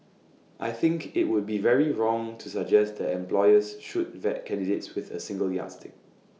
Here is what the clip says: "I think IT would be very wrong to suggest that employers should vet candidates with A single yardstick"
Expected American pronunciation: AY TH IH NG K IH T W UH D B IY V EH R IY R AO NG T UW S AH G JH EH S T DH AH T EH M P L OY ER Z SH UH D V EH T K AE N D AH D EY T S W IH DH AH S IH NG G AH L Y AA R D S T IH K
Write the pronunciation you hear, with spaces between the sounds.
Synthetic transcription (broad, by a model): AY TH IH NG K IH T W UH D B IY V EH R IY R AO NG T UW S AH G JH EH S T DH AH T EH M P L OY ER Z SH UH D V EH T K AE N D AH D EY T S W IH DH AH S IH NG G AH L Y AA S T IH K